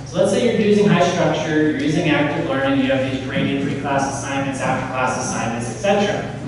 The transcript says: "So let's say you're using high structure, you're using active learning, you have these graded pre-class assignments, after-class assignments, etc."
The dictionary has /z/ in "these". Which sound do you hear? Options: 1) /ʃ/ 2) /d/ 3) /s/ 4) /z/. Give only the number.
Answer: 4